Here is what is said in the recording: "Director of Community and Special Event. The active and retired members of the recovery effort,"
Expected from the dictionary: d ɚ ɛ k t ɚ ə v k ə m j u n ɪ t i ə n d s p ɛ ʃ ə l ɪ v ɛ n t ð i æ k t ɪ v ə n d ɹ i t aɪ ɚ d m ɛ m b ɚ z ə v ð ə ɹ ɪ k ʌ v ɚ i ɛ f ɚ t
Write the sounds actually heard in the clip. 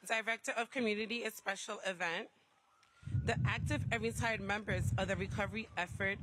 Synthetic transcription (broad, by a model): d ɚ ɛ k t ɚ ə v k ə m j u n ɪ t i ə s p ɛ ʃ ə l ɪ v ɛ n t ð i æ k t ɪ v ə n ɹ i t aɪ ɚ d m ɛ m b ɚ z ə ð ə ɹ ɪ k ʌ v ɚ i ɛ f ɚ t